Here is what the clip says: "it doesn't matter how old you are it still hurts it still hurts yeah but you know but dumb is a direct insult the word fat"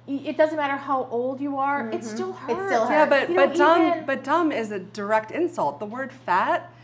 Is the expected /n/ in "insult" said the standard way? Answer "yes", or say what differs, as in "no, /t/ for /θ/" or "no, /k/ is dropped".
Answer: yes